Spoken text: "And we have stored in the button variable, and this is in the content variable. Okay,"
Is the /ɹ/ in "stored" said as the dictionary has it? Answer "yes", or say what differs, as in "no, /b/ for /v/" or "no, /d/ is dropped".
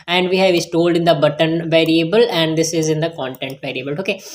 no, /l/ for /ɹ/